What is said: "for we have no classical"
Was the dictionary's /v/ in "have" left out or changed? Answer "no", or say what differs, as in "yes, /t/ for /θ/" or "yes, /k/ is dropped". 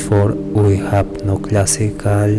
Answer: yes, /p/ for /v/